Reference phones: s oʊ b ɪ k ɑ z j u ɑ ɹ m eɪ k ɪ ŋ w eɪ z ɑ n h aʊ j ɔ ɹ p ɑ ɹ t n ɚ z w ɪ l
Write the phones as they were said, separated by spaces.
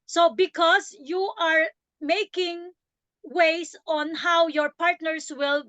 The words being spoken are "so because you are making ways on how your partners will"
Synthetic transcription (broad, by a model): s oʊ b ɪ k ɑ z j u ɑ ɹ m eɪ k ɪ ŋ w eɪ s ɑ n h aʊ j ɔ ɹ p ɑ ɹ t n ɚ s w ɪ l